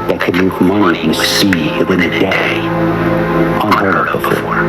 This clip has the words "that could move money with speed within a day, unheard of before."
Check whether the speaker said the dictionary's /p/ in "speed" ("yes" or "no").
no